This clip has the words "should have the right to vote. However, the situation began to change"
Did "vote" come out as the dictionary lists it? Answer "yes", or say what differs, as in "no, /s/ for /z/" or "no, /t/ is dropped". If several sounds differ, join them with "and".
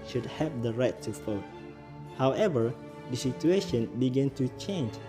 no, /f/ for /v/